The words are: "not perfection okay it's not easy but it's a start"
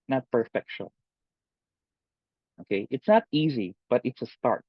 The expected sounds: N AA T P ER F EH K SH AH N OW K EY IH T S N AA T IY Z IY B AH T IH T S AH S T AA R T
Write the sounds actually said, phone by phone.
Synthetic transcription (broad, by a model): N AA T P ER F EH K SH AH OW K EY IH T S N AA T IY Z IY B AH T IH T S AH S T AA R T